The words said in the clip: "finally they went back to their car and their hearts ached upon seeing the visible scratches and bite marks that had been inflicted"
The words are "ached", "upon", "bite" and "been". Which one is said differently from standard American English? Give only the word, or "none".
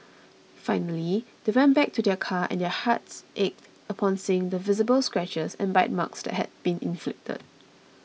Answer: none